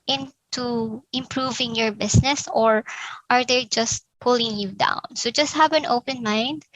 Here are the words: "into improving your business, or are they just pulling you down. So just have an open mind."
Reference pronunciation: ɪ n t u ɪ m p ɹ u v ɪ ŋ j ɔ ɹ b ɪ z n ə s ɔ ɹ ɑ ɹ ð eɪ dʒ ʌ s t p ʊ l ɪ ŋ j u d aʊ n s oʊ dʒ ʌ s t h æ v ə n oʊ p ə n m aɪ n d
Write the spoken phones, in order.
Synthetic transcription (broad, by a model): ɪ n t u ɪ m p ɹ u v ɪ ŋ j ɔ ɹ b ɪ s n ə s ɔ ɹ ɑ ɹ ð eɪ dʒ ʌ s t p ʊ l ɪ ŋ j u d aʊ n s oʊ dʒ ʌ s t h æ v ə n oʊ p ə n m aɪ n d